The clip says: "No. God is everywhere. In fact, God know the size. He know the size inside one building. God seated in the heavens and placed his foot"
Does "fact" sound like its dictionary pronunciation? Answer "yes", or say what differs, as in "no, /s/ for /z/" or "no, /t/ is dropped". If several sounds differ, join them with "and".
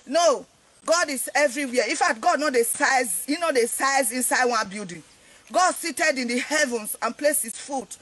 no, /k/ is dropped